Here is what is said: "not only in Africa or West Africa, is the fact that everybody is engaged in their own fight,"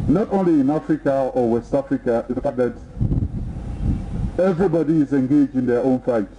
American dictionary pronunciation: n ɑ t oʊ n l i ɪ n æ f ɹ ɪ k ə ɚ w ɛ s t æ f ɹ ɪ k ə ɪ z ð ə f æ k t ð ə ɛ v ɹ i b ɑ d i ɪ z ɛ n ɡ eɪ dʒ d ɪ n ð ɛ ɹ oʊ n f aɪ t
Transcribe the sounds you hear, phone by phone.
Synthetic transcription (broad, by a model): n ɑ t oʊ n l i ɪ n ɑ f ɹ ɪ k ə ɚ w ɛ s t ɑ f ɹ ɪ k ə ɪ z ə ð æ t ɛ v ɹ i b ɑ d i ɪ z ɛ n ɡ eɪ dʒ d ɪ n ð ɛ oʊ n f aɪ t